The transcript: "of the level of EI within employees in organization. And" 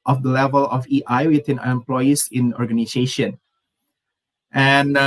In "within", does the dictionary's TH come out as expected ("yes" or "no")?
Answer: no